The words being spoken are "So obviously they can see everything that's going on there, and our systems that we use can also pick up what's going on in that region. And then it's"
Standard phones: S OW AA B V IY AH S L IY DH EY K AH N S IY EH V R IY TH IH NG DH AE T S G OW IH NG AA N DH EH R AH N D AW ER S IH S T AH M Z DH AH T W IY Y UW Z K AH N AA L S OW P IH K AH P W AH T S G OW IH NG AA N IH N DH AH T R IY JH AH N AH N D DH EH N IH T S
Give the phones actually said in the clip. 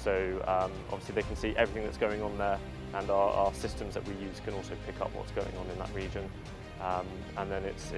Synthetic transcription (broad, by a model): S OW AA B V IY AH S L IY DH EY K AH N S IY EH V R IY TH IH NG DH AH T S G OW IH NG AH N DH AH R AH N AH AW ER S IH S T AH M Z DH AH T W IY Y UW Z K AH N AA L S OW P IH K AH P W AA T S G OW IH NG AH N IH N DH AH T R IY JH AH N AH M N DH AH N IH T S